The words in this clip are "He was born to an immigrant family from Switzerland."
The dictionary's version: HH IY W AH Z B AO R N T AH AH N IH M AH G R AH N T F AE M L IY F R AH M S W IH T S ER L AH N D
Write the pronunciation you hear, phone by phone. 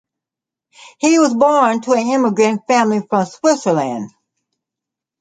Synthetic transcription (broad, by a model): HH IY W AH Z B AO R N T AH AH N IH M AH G R AH N T F AE M L IY F R AH M S W IH T S ER L AH N D